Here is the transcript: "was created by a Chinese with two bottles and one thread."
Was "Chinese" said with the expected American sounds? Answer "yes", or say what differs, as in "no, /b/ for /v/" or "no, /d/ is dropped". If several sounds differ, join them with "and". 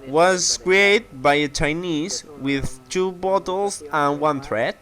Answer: yes